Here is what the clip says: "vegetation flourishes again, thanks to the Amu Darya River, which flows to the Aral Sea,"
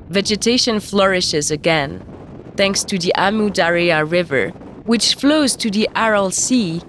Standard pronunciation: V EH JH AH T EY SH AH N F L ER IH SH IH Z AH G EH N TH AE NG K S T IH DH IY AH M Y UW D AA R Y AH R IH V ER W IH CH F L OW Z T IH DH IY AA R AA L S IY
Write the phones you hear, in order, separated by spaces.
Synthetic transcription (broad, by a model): V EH JH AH T EY SH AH N F L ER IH SH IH Z AH G EH N TH AE NG K S T IH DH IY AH M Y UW D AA R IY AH R IH V ER W IH CH F L OW Z T IH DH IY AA R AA L S IY